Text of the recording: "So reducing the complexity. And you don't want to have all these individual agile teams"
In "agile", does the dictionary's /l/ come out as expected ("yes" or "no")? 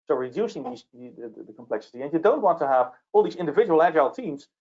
yes